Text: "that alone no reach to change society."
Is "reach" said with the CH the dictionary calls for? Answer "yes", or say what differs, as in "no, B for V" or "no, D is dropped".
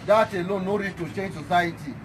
no, S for CH